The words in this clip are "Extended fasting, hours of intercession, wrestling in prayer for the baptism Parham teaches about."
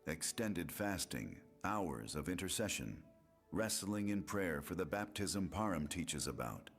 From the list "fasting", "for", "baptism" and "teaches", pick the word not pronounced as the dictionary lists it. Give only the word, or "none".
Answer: none